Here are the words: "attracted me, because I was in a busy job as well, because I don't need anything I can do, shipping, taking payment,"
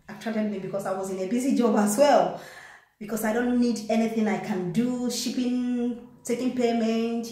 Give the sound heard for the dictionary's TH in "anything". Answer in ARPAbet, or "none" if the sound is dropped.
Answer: TH